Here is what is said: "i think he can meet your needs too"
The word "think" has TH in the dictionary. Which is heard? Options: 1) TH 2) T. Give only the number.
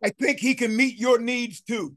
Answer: 1